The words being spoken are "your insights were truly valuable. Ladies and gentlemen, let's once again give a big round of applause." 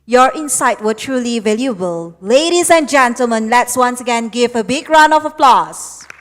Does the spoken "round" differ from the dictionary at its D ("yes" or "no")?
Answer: yes